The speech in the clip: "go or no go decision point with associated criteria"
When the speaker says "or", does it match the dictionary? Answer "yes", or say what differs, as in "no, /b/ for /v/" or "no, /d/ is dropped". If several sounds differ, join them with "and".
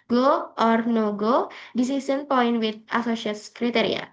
yes